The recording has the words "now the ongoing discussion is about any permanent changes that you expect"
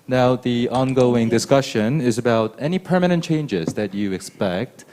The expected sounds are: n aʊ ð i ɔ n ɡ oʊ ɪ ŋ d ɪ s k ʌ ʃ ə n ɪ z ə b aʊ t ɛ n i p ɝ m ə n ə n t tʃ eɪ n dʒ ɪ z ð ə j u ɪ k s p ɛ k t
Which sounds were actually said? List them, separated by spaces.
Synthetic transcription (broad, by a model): n aʊ ð i ɔ n ɡ oʊ ɪ ŋ d ɪ s k ʌ ʃ ə n ɪ z ə b aʊ t ɛ n i p ɝ m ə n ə n tʃ eɪ n dʒ ɪ z ð ə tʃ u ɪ k s p ɛ k t